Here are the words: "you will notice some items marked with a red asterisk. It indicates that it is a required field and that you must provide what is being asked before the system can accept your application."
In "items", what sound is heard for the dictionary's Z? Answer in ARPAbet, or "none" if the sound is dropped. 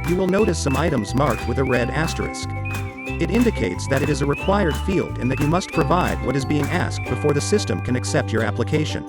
Z